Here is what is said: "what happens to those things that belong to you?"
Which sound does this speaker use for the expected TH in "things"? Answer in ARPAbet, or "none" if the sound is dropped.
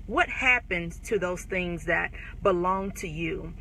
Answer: TH